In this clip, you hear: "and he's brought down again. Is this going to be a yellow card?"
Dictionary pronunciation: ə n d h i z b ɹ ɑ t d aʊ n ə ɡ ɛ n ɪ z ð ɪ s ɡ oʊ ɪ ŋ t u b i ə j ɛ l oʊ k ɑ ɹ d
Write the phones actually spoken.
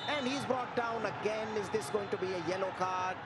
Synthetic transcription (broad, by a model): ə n d h i z b ɹ ɑ t d aʊ n ə ɡ ɛ n ɪ z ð ɪ s ɡ oʊ ɪ ŋ t u b i ə j ɛ l oʊ k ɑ ɹ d